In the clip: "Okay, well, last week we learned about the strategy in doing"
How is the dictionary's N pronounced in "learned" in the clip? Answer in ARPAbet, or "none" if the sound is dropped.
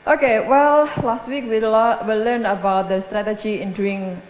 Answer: L